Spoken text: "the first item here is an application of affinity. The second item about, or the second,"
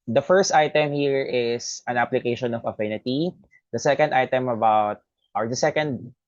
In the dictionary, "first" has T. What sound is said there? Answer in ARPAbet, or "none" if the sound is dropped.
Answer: T